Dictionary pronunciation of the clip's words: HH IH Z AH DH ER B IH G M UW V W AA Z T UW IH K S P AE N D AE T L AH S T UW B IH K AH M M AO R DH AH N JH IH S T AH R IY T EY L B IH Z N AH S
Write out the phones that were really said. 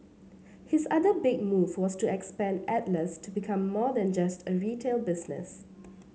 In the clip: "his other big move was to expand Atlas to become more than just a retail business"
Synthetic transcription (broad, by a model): HH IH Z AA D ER B IH G M UW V W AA S T UW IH K S P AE N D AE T L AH S T UW B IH K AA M M AO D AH N JH IH S T AH R IY T EY L B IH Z N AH S